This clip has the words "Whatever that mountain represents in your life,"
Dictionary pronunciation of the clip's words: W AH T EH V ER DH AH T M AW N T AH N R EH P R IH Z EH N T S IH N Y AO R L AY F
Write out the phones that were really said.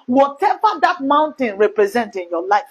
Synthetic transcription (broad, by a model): W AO T EH V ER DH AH T M AW N T AH N R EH P R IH Z EH N T IH N Y AO L AY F